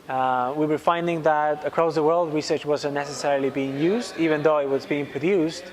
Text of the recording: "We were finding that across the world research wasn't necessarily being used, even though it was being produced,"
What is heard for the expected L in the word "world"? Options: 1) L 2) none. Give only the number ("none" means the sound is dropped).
1